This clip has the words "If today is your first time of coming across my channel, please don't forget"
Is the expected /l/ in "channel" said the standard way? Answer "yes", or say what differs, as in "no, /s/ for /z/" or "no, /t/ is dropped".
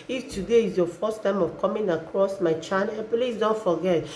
no, /n/ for /l/